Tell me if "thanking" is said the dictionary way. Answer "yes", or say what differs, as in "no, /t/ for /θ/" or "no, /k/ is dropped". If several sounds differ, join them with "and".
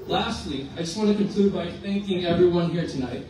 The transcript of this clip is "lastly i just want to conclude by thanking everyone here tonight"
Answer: yes